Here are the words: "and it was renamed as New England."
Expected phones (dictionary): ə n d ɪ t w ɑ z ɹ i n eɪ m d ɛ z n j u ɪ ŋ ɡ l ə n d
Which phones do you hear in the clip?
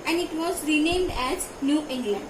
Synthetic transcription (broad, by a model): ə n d ɪ t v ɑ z ɹ i n eɪ m d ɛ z n j u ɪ ŋ ɡ l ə n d